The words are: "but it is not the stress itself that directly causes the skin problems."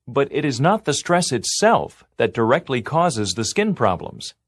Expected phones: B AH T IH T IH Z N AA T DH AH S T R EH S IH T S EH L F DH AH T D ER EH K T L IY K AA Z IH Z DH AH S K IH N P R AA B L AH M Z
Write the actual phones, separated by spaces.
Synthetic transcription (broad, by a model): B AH T IH T IH Z N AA T DH AH S T R EH S IH T S EH L F DH AH T D ER EH K T L IY K AA Z IH Z DH AH S K IH N P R AA B L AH M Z